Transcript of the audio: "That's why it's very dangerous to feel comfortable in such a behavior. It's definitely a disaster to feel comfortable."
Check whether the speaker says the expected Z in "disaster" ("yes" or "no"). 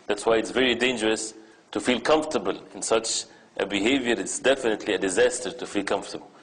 yes